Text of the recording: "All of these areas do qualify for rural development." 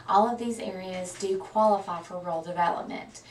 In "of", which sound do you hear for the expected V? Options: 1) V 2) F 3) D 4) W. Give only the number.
1